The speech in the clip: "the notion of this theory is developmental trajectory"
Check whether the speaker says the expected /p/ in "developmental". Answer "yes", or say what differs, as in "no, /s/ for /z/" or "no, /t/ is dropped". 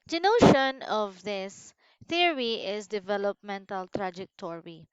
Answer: yes